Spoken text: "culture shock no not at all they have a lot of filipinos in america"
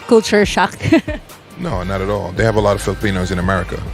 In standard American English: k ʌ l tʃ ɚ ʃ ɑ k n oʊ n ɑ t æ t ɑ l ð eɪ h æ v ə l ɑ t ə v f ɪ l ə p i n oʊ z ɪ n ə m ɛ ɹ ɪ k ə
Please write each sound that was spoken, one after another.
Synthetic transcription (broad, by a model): k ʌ l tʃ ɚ ʃ ɑ k n oʊ n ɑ t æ t ɑ l ð eɪ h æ v ə l ɑ t ə v f ɪ l ə p i n oʊ z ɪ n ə m ɛ ɹ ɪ k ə